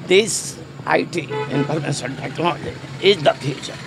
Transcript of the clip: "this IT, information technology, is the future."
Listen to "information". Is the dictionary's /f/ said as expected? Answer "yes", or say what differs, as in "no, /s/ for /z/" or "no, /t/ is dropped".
no, /p/ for /f/